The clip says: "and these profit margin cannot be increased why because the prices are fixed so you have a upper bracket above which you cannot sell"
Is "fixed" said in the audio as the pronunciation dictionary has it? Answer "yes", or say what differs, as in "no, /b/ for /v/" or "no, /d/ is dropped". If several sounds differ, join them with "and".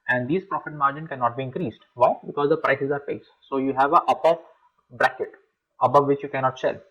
no, /p/ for /f/ and /k/ is dropped